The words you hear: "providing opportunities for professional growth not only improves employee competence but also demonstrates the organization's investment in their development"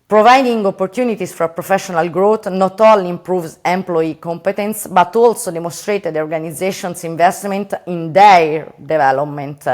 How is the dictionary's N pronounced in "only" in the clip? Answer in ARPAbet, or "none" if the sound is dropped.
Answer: none